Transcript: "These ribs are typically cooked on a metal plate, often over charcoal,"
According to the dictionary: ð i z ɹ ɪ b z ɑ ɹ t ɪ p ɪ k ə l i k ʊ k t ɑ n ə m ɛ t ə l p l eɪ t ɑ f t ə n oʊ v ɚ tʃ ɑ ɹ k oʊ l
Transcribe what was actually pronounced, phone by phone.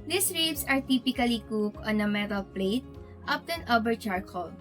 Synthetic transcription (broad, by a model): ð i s ɹ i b s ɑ ɹ t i p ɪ k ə l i k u k ɑ n ə m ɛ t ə l p l eɪ t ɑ p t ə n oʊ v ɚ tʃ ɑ ɹ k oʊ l